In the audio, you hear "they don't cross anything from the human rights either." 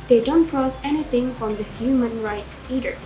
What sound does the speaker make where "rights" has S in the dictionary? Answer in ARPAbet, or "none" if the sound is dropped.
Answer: S